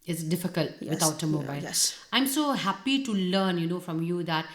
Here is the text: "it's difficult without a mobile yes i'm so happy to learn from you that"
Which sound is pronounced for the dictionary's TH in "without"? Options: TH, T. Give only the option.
T